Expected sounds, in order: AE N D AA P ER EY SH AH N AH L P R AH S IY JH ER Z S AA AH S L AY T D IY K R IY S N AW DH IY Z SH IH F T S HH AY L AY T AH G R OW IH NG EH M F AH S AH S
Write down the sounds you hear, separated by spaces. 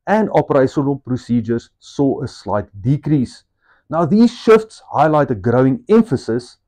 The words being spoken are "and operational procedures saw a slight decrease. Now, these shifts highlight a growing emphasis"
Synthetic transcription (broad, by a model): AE N D AA P ER EY SH AH N AH L P R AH S IY JH ER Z S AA AH S L AY T D IY K R IY S N AW DH IY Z SH IH F T S HH AY L AY T AH G R OW IH NG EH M F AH S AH S